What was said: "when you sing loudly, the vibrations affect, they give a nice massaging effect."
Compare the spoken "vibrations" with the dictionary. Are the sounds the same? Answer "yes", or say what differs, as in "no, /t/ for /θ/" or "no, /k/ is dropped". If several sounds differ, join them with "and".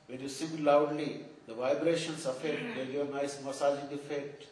no, /s/ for /z/